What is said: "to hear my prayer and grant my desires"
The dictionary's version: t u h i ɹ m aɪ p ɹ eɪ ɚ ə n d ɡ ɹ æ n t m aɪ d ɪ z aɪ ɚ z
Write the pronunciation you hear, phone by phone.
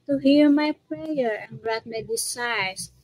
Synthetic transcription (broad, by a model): t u h i ɹ m aɪ p ɹ eɪ ɚ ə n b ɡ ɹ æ t m aɪ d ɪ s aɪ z